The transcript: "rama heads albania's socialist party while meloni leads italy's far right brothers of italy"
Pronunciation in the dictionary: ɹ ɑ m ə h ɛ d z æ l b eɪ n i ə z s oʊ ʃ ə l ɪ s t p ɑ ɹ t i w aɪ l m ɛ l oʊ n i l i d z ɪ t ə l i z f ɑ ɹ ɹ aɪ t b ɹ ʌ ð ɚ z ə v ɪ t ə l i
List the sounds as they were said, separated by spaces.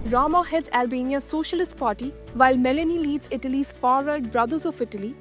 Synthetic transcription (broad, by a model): ɹ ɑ m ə h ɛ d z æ l b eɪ n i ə s oʊ ʃ ə l ɪ s t p ɑ ɹ t i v aɪ l m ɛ l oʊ n i l i d z ɪ t ə l i z f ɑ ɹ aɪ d b ɹ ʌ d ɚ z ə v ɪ t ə l i